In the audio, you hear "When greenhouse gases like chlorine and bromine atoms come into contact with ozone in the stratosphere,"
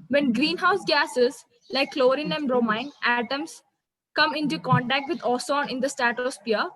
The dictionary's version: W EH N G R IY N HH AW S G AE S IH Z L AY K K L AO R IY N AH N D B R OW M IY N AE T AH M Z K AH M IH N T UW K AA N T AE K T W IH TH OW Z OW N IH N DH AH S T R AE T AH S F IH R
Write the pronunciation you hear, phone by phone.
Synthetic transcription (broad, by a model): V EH N G R IY N HH AW S G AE S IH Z L AY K K L AO R IY N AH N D R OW M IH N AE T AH M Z K AH M IH N T UW K AA N T AE K T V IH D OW S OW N IH N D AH S T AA T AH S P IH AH